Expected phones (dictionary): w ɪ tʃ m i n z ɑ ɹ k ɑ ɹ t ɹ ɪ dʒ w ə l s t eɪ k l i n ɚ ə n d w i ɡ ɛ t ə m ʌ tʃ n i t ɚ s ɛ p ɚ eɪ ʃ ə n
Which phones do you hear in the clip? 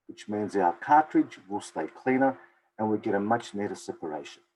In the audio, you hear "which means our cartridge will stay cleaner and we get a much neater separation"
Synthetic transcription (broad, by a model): w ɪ tʃ m i n z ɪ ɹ k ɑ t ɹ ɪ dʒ w ə l s t eɪ k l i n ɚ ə n w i ɡ ɛ t ə m ʌ tʃ n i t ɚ s ɛ p ɚ eɪ ʃ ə n